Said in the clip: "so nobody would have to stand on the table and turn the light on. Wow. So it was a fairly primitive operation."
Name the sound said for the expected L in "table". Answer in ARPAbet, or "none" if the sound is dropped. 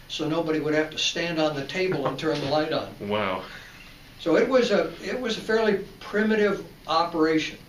L